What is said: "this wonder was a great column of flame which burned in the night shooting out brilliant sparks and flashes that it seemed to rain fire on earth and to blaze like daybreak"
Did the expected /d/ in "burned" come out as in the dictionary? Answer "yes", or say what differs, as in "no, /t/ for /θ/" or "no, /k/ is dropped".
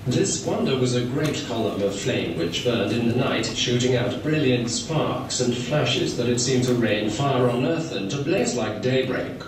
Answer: yes